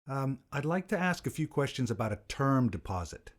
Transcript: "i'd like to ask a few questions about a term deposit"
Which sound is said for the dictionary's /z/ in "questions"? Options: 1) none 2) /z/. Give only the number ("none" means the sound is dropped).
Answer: 2